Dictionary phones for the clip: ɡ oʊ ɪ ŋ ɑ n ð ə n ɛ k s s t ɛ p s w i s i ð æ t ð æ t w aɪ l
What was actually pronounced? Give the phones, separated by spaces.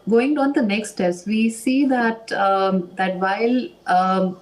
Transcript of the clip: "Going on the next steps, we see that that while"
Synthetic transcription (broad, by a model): ɡ oʊ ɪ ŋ ɑ n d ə n ɛ k s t t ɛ s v i s i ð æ t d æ t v aɪ l